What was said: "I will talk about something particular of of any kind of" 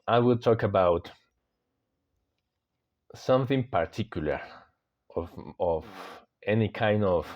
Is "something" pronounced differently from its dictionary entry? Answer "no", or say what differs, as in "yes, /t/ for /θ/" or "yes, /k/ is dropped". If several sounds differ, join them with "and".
no